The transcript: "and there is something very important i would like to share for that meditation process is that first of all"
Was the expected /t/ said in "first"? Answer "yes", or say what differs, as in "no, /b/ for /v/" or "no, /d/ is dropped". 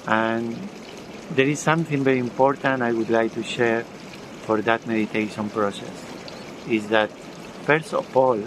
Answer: no, /t/ is dropped